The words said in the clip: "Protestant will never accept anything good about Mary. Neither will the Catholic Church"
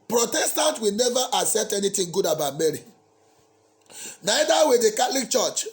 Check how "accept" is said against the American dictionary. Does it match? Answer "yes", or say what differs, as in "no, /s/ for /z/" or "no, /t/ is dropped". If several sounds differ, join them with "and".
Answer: no, /k/ is dropped